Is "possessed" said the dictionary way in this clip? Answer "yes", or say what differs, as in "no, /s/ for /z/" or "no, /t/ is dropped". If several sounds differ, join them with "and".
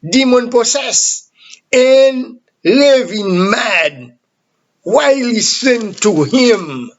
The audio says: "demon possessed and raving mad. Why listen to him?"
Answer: no, /s/ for /z/ and /t/ is dropped